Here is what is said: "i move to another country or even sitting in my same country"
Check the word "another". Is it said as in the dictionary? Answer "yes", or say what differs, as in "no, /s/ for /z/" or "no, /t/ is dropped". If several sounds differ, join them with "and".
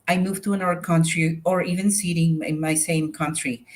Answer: no, /ð/ is dropped